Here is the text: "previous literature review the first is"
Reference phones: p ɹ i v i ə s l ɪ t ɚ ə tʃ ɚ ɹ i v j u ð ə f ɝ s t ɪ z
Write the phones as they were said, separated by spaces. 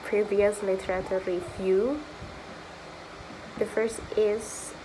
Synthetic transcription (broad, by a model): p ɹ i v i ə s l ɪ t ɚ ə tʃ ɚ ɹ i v j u ð ə f ɝ s t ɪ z